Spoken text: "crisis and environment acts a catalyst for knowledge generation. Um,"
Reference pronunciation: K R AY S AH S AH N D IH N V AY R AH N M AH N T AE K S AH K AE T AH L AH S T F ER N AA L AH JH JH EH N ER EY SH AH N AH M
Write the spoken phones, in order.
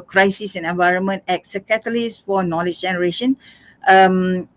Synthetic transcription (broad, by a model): K R AY S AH S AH N IH N V AY R AH N M AH N T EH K S AH K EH T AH L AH S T F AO N AA L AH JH JH EH N ER EY SH AH N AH M